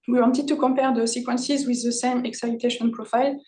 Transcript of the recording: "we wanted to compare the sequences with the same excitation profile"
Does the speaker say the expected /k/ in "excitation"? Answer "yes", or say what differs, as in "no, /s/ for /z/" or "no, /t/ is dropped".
yes